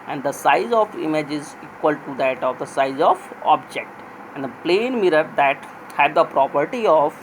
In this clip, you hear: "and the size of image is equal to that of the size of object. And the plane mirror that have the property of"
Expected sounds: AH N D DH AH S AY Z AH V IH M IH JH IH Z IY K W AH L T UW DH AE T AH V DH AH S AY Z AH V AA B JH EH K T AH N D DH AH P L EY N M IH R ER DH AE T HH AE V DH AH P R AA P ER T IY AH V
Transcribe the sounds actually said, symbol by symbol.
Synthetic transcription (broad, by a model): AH N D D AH S AY Z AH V IH M IH JH IH Z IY K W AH L T UW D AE T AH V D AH S AY Z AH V AA B JH EH K T AH N D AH P L EY N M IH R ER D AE T HH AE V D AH P R AA P ER T IY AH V